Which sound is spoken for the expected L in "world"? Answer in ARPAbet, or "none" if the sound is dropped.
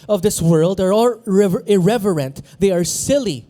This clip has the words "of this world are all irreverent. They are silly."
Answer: L